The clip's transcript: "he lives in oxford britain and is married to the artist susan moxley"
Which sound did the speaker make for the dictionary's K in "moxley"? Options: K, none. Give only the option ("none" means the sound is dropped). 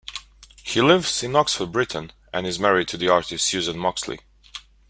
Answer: K